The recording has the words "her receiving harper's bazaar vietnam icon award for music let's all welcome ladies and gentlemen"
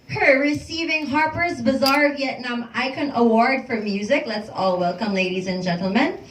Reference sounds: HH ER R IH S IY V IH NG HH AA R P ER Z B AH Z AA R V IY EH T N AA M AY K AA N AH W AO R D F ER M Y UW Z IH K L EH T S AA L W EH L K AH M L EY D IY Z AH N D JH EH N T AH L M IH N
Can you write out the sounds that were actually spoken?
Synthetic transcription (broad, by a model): HH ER R IH S IY V IH NG HH AA R P ER Z B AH Z AA R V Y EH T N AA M AY K AA N AH W AO R D F ER M Y UW Z IH K L EH T S AA L W EH L K AH M L EY D IY Z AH N JH EH N T L M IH N